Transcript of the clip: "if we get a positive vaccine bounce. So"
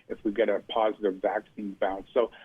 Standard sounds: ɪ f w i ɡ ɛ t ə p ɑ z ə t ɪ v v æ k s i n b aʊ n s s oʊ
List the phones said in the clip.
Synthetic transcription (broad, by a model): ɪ f w i ɡ ɛ t ə p ɑ z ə t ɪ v v æ k s i n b aʊ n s s oʊ